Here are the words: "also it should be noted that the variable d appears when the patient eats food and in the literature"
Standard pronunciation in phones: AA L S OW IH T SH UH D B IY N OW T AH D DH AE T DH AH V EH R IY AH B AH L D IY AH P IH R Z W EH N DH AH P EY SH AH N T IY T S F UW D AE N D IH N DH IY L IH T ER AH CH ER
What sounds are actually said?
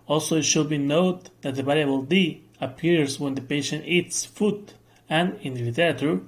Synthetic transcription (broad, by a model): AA L S OW IH T SH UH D B IY N OW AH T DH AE T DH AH B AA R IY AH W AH L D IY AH P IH R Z W EH N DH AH P EY SH AH N T IY T S F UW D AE N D IH N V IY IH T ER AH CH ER